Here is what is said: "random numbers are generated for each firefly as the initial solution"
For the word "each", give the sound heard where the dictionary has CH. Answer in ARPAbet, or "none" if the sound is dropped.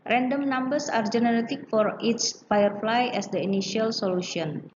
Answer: S